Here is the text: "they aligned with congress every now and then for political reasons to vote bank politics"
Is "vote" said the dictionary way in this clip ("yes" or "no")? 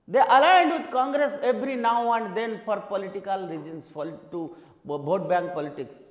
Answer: no